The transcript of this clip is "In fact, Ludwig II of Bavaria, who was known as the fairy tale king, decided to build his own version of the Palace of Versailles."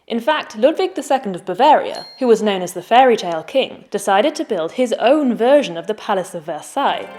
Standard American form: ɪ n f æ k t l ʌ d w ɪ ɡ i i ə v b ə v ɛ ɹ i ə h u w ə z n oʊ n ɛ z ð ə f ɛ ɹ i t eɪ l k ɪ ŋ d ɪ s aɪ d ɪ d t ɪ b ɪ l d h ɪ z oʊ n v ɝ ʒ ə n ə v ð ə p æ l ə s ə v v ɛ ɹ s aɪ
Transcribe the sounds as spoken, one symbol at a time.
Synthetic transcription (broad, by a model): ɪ n f æ k t l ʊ d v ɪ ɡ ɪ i ə v b ə v ɛ ɹ i ə h u w ə z n oʊ n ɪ z ð ə f ɛ ɹ i t eɪ l k ɪ ŋ d ɪ s aɪ d ɪ d t ɪ b ɪ l d ɪ z oʊ n v ɝ ʒ ə n ə v ð ə p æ l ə s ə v v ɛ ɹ s aɪ